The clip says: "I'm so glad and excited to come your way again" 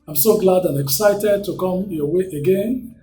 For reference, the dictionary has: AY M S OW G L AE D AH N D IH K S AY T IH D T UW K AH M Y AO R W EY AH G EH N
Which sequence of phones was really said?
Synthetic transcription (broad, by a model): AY M S OW G L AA D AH N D IH K S AY T IH D T UW K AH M Y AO W EY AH G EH N